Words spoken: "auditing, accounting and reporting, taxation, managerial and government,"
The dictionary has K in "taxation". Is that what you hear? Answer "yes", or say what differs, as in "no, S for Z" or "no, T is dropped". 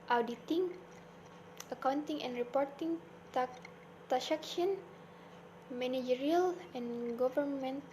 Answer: no, K is dropped